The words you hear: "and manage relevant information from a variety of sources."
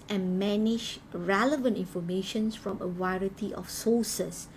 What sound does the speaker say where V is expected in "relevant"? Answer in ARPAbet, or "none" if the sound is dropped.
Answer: V